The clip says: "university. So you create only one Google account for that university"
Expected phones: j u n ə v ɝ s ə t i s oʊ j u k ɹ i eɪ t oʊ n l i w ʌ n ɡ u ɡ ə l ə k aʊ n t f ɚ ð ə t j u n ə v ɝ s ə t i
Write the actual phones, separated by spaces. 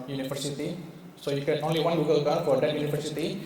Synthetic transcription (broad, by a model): j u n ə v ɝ s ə t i s oʊ j u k i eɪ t oʊ n l i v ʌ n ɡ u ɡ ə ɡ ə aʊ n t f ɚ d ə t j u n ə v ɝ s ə t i